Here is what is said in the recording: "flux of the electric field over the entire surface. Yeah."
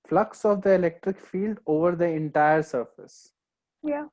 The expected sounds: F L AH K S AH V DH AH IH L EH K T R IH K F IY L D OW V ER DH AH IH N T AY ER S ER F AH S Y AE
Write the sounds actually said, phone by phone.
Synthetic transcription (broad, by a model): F L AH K S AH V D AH IH L EH K T R IH K F IY L D OW V ER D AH IH N T AY ER S ER F AH S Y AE